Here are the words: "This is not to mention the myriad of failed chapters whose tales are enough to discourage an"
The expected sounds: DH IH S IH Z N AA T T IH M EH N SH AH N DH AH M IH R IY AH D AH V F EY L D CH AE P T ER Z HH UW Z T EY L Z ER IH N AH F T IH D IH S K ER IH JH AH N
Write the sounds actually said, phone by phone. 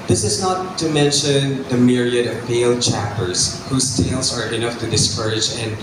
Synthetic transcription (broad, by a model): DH IH S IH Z N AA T T IH M EH N SH AH N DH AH M IH R IY AH D AH V P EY L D CH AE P T ER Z HH UW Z T EY L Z ER IH N AH F T IH D IH S K ER IH JH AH N